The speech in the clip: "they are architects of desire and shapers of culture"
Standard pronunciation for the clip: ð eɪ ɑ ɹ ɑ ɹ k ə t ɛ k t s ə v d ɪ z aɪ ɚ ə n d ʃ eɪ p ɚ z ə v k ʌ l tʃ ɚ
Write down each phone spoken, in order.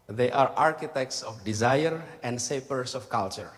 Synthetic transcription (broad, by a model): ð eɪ ɑ ɹ ɑ ɹ k ə t ɛ k t s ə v d ɪ z aɪ ɚ ə n d s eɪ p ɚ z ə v k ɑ l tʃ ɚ